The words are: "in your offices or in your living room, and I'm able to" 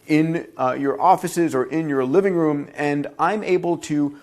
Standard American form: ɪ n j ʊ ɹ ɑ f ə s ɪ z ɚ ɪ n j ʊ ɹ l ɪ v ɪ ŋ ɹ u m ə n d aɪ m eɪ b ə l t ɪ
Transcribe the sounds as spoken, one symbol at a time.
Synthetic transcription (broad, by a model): ɪ n j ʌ ɹ ɑ f ə s ɪ z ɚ ɪ n j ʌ ɹ l ɪ v ɪ ŋ ɹ u m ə n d aɪ m eɪ b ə l t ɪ